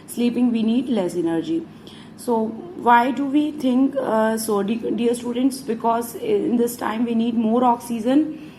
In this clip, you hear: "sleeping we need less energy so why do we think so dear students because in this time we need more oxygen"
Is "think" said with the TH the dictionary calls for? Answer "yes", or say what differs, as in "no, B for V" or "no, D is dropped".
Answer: no, T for TH